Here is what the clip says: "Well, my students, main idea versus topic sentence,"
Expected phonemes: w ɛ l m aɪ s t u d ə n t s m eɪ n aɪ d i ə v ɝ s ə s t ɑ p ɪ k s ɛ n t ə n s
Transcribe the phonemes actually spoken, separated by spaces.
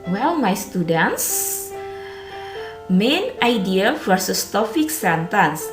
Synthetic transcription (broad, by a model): w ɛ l m aɪ s t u d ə n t s m eɪ n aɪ d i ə f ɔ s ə s t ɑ f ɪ k s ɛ n t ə n s